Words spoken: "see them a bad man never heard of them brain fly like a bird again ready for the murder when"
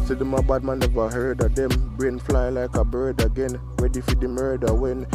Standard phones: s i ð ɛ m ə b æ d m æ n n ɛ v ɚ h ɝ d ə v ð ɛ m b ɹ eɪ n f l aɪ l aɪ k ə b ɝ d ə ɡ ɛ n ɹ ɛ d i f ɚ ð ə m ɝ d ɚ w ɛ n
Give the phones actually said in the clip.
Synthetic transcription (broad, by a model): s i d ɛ m ə b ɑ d m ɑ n n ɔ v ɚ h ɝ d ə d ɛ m b ɹ eɪ n f l aɪ l aɪ k ə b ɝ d ə ɡ ɛ n w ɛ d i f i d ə m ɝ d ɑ w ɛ n